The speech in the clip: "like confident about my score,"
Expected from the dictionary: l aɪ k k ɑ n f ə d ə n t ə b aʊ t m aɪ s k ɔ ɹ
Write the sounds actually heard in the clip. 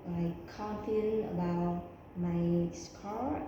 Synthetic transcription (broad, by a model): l aɪ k k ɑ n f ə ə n ə b aʊ t m aɪ s k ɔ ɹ